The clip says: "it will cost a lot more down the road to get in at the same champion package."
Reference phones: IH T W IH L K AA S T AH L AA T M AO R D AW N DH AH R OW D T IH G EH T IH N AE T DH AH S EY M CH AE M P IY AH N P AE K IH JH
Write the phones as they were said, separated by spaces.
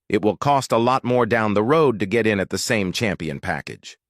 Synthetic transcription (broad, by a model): IH T W IH L K AA S T AH L AA T M AO R D AW N DH AH R OW D T IH G EH T IH N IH T DH AH S EY M CH AE M P IY AH N P AE K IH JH